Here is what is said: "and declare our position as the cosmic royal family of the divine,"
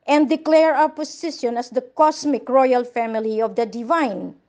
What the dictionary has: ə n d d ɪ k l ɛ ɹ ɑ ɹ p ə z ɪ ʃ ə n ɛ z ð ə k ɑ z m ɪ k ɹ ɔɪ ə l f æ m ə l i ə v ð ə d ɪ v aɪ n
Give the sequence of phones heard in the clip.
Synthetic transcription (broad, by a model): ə n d d ɪ k l ɛ ɹ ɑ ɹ p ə s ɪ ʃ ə n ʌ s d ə k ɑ s m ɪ k ɹ ɔɪ ə l f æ m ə l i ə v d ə d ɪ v aɪ n